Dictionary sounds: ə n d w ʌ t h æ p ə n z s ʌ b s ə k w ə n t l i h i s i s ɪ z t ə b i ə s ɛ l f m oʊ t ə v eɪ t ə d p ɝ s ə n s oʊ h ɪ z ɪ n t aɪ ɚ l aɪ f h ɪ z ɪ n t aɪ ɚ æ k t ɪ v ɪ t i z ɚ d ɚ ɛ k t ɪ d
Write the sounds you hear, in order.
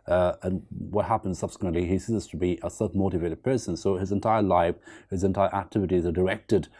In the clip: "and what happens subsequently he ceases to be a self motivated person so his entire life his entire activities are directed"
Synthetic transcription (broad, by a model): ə n w ʌ t h æ p ə n z s ʌ b s ə k w ə n t l i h i s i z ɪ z t ə b i ə s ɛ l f m oʊ t ə v eɪ t ə d p ɝ s ə n s oʊ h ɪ z ɪ n t aɪ ɚ l aɪ f h ɪ z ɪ n t aɪ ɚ æ k t ɪ v ɪ t i z ɚ d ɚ ɛ k t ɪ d